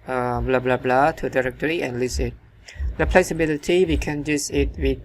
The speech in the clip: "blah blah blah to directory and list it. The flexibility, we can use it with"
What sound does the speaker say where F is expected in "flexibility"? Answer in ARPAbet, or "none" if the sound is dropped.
P